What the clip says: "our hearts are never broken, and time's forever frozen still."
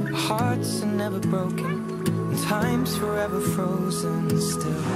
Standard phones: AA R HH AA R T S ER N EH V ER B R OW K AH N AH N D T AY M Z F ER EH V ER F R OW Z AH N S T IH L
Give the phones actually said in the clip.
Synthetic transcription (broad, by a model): HH AA R T S ER N EH V ER B R OW AH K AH N T AY M Z F ER EH V ER F R OW Z AH N S T IH L